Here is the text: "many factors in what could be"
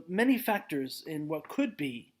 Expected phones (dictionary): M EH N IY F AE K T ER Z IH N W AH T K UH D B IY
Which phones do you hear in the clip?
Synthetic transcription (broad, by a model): M EH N IY F AE K T ER Z IH N W AH T K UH D B IY